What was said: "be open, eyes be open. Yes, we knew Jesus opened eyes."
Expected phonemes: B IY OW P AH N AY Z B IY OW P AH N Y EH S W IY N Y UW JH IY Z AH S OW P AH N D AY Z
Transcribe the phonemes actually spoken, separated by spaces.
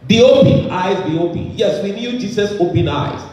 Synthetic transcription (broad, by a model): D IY OW P AH N AY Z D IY OW P AH N Y EH S W IY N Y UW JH IY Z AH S OW P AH N AY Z